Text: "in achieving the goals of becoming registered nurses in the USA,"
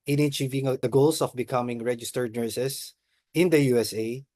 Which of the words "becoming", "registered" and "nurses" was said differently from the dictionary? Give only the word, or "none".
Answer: nurses